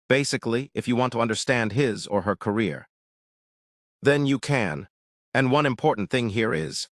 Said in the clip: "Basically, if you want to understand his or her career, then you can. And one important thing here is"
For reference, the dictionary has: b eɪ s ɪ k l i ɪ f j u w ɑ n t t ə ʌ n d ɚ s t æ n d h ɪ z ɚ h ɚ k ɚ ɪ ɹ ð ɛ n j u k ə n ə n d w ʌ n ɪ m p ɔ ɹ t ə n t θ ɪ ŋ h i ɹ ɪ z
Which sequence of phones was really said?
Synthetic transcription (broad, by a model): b eɪ s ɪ k l i ɪ f j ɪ w ɑ n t t ə ʌ n d ɚ s t æ n d h ɪ z ɚ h ɚ k ɚ ɪ ɹ ð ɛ n j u k ə n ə n w ʌ n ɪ m p ɔ ɹ t n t θ ɪ ŋ h i ɹ ɪ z